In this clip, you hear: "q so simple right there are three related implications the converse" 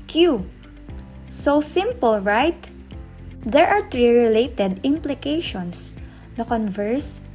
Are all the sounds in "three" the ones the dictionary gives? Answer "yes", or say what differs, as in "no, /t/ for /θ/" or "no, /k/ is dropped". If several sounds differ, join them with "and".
no, /t/ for /θ/